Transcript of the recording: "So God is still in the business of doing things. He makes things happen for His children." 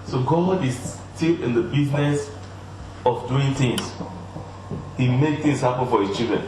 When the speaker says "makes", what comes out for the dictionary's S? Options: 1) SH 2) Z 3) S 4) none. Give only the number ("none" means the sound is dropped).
4